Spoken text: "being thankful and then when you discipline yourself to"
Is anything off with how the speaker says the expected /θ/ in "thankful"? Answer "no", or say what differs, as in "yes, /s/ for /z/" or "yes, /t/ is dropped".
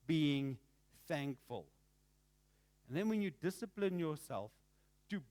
no